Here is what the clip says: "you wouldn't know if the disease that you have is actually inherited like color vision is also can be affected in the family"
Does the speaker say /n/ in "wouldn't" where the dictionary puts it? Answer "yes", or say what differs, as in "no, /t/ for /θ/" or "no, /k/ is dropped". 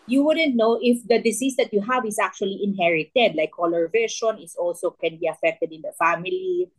yes